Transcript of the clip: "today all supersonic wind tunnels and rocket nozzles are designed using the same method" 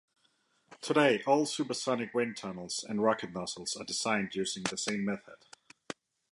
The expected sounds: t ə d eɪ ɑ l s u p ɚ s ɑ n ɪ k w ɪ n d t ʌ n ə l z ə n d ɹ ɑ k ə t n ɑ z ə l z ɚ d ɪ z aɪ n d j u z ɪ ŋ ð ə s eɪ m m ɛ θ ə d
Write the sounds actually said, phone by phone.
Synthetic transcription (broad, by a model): t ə d eɪ ɑ l s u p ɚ s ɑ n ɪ k w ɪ n t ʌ n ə l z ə n ɹ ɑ k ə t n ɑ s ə l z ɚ d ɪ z aɪ n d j u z ɪ ŋ ð ə s eɪ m m ɛ θ ə d